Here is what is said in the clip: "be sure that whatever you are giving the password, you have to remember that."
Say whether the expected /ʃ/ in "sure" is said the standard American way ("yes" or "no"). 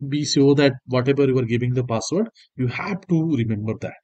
no